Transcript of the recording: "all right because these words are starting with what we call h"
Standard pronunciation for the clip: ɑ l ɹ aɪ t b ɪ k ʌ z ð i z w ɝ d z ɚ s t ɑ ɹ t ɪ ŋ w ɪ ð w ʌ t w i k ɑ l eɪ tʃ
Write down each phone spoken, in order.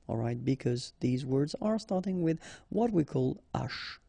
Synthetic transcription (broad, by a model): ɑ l ɹ aɪ t b ɪ k ʌ z ð i z w ɝ d z ɚ s t ɑ ɹ t ɪ ŋ w ɪ ð w ʌ t w i k ɑ l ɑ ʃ